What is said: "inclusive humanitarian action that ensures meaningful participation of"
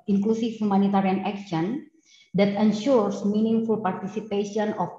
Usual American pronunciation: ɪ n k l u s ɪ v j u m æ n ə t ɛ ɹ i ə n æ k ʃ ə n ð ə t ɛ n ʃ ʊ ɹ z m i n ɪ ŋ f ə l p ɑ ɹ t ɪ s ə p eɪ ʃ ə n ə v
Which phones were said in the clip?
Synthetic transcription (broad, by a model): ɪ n k l u s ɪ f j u m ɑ n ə t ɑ ɹ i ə n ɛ k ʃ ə n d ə t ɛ n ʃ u ɹ s m i n ɪ ŋ f ə l p ɑ ɹ t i s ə p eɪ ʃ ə n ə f